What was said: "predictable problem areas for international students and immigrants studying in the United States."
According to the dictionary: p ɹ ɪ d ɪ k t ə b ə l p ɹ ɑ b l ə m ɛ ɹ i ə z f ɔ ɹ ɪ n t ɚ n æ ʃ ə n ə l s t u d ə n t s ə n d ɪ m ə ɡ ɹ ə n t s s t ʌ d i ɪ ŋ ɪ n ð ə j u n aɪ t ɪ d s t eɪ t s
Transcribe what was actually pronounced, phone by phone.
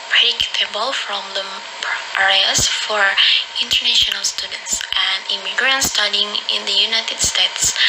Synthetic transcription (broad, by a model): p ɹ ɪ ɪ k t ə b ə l f ɹ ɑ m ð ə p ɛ ɹ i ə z f ɔ ɹ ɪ n t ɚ n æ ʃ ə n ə l s t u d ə n t s ə n d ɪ m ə ɡ ɹ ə n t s s t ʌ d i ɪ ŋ ɪ n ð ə j u n aɪ t ɪ d s t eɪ t s